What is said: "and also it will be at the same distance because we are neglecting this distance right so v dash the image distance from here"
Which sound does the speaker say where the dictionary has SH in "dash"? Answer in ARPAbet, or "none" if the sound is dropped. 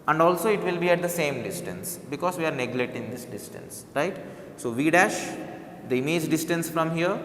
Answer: SH